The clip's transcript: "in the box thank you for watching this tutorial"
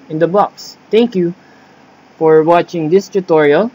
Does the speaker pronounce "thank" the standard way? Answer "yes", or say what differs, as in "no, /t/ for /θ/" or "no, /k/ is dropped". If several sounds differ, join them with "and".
no, /t/ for /θ/